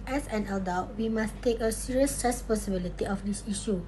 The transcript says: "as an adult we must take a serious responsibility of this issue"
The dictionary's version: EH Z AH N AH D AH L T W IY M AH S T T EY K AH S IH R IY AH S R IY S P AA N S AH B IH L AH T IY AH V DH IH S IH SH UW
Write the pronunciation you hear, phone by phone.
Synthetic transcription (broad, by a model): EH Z AH N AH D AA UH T W IY M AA S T T EY K AH S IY R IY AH S R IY S P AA S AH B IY L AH T IY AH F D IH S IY SH UW